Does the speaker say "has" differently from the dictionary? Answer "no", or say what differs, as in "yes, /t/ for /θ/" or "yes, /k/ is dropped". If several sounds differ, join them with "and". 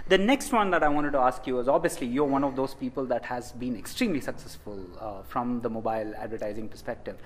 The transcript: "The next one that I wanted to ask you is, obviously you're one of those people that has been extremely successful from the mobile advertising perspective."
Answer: no